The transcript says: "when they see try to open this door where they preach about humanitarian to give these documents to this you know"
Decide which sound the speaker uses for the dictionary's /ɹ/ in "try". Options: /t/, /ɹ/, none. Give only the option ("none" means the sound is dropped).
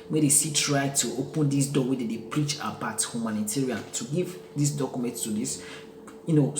/ɹ/